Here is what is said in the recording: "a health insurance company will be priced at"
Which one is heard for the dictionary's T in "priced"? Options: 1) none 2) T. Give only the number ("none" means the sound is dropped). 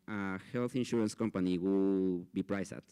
1